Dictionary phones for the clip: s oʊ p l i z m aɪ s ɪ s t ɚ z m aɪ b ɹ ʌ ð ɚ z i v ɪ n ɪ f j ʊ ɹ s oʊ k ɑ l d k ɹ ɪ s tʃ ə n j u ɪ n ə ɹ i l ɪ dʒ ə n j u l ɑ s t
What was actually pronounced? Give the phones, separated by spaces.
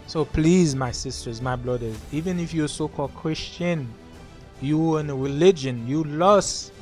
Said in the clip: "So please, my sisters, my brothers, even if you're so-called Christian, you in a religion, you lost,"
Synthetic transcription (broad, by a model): s oʊ p l i z m aɪ s ɪ s t ɚ z m aɪ b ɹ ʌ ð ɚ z i v ɪ n ɪ f j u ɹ s oʊ k ɑ l d k ɹ ɪ s tʃ ə n j u ɪ n ə ɹ i l ɪ dʒ ə n j u l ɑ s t